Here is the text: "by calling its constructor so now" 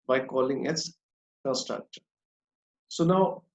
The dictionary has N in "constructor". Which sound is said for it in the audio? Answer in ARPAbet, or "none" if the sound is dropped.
none